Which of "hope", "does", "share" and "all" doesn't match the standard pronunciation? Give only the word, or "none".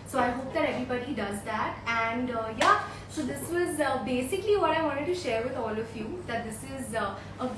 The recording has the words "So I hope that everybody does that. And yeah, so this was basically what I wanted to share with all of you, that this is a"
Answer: none